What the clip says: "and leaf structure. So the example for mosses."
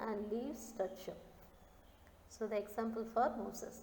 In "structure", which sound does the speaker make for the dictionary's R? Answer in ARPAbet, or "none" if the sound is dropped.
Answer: none